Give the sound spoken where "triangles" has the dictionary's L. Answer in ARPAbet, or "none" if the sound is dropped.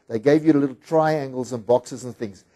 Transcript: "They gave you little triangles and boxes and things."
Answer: L